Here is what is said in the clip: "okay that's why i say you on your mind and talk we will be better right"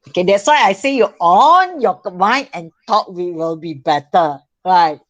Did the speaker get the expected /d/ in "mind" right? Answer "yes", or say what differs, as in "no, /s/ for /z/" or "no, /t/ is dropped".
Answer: no, /d/ is dropped